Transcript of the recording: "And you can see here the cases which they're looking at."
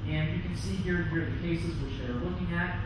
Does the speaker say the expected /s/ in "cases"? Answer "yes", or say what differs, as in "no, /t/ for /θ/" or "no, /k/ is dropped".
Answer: yes